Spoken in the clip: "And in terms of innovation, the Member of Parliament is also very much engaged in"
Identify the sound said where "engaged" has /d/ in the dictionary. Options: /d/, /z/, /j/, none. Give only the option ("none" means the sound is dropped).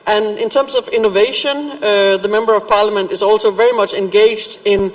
/d/